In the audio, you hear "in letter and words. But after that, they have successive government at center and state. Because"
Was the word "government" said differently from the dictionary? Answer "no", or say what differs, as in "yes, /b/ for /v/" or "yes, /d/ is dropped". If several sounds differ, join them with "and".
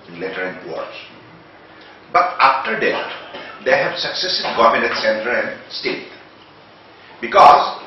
yes, /t/ is dropped